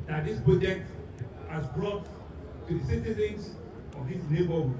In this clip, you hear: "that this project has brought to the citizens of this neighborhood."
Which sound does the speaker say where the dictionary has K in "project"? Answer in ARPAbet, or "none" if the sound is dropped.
none